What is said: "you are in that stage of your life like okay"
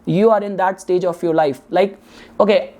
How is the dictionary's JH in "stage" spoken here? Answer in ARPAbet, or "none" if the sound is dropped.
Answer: JH